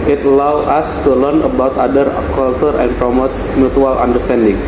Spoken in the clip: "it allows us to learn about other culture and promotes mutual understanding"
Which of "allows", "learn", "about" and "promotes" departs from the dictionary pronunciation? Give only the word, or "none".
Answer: allows